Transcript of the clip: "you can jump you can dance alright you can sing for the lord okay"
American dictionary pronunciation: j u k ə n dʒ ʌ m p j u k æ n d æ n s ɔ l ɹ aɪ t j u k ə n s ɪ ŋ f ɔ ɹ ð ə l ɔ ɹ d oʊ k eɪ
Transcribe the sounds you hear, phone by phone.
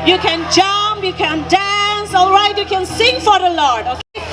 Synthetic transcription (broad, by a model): j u k ə n dʒ ʌ m p j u k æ n d æ n s ɔ l ɹ aɪ t j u k ə n s ɪ ŋ f ɔ ɹ ð ə l ɔ ɹ d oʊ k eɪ